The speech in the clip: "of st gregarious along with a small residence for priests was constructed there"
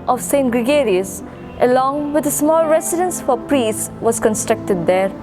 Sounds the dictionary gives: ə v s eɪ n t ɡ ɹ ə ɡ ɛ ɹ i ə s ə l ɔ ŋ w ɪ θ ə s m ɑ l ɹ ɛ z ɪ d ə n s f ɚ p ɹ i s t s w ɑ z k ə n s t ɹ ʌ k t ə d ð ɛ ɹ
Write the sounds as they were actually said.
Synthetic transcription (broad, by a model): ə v s eɪ n t ɡ ɹ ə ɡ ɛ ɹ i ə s ə l ɔ ŋ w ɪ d ə s m ɑ l ɹ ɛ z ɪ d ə n s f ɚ p ɹ i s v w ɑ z k ə n s t ɹ ʌ k t ə d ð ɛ ɹ